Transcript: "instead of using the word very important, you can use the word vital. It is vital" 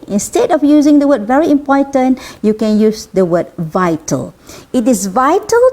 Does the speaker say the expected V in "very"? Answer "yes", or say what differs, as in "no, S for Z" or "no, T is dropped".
yes